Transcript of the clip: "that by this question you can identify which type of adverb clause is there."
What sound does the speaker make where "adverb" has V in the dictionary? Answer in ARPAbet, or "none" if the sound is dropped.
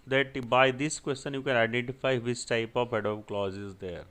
none